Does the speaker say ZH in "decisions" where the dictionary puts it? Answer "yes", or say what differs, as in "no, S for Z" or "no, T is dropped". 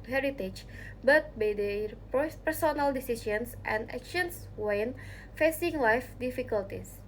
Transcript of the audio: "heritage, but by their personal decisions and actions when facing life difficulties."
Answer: no, S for ZH